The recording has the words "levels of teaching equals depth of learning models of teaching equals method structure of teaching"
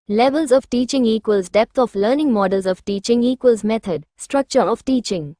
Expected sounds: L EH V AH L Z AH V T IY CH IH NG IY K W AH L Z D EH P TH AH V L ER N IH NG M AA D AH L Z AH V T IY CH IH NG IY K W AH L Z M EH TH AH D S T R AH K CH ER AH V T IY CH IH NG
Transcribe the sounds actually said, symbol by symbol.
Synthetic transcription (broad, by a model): L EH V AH L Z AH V T IY CH IH NG IY K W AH L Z D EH P T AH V L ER N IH NG M AA D AH L Z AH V T IY CH IH NG IY K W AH L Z M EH T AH D S T R AH K CH ER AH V T IY CH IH NG